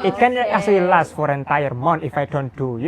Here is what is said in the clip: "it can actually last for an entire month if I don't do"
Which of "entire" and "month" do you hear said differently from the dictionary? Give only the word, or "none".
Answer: month